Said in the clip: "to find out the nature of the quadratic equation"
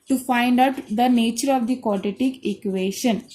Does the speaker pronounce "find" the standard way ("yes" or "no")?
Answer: yes